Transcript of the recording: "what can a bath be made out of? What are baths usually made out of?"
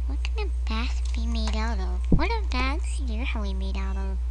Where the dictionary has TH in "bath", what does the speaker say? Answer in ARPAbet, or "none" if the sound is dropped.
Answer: S